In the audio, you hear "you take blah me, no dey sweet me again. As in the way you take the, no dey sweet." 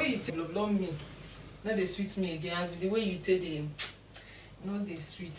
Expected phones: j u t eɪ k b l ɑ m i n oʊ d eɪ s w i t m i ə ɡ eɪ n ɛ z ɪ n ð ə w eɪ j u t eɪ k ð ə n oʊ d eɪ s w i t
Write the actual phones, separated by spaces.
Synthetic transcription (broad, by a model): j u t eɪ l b l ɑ m i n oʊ d eɪ s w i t m i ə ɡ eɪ ɑ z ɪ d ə w eɪ j u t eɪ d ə n oʊ d eɪ s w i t